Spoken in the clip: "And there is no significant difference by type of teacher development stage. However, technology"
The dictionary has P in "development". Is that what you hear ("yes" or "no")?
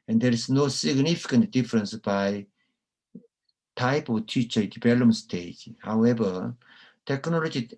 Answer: no